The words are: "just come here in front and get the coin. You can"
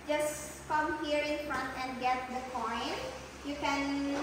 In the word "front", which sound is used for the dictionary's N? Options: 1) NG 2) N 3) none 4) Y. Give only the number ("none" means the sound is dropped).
2